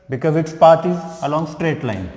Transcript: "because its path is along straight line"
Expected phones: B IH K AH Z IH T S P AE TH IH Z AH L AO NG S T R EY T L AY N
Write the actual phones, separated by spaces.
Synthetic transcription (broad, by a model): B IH K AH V IH T S P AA T IH Z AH L AO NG S T R EY T L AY N